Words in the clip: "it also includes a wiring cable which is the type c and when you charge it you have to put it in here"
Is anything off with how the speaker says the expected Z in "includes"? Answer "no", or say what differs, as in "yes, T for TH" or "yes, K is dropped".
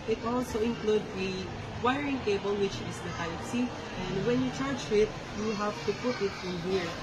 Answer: yes, Z is dropped